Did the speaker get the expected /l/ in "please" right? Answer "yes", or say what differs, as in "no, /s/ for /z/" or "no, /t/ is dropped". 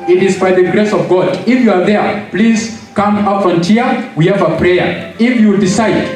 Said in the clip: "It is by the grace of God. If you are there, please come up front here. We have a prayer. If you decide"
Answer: yes